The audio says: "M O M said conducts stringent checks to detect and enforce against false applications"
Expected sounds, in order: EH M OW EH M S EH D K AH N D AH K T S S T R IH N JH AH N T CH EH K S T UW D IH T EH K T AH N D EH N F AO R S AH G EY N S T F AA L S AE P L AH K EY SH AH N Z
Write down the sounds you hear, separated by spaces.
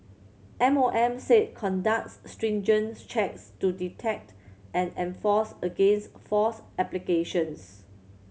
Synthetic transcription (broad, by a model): EH M OW EH M S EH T K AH N D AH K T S S T R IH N JH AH N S CH EH K S T UW D IH T EH K T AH N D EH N F AO S AH G EY N S T F AA S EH P L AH K EY SH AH N S